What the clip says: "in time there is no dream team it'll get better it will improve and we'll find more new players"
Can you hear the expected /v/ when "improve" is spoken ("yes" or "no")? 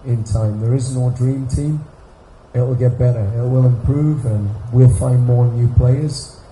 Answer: yes